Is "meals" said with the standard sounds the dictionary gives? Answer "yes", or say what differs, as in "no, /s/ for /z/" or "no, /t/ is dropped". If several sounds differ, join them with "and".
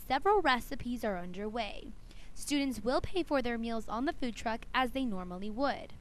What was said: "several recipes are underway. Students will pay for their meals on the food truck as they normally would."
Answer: yes